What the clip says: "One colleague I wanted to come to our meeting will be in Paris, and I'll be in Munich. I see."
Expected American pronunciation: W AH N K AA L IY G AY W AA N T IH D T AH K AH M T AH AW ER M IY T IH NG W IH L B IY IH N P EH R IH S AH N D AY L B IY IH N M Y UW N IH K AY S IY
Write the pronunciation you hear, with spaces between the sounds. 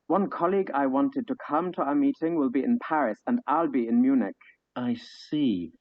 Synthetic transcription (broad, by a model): W AH N K AA L IY G AY W AA N T IH D T AH K AH M T AH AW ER M IY T IH NG W IH L B IY IH N P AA R IH S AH N AY L B IY IH N M Y UW N IH K AY S IY